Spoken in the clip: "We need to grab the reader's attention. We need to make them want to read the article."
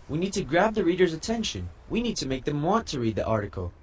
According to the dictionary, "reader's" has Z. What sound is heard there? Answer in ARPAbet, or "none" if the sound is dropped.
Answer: Z